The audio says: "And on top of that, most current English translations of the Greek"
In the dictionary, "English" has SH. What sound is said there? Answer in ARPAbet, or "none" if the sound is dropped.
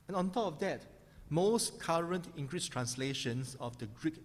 S